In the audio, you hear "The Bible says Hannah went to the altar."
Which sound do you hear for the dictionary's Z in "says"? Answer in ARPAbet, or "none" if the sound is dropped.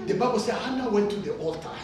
none